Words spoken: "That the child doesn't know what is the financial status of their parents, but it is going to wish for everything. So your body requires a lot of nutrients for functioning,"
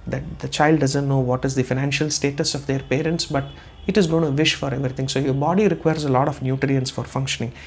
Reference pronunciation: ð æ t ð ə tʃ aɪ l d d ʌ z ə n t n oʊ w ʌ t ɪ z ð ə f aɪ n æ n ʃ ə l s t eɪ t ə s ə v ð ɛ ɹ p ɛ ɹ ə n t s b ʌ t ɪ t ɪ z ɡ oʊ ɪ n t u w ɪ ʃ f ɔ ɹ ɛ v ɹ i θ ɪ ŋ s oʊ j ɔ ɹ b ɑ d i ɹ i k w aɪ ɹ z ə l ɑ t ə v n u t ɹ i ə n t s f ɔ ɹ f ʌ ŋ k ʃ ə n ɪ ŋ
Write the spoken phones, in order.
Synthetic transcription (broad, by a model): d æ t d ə tʃ aɪ l d d ʌ z ə n t n oʊ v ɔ t ɪ z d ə f aɪ n æ n ʃ ə l s t eɪ t ə s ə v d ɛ ɹ p ɛ ɹ ə n t s b ʌ t ɪ t ɪ z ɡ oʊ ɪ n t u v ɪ ʃ f ɔ ɹ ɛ v ɹ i t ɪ ŋ s oʊ j ɔ ɹ b ɑ d i ɹ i k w aɪ ɹ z ə l ɑ t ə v n u t ɹ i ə n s f ɔ ɹ f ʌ ŋ k ʃ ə n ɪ ŋ